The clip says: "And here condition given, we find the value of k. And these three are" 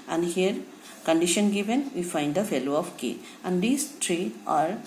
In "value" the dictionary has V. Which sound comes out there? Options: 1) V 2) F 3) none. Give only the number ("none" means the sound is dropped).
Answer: 2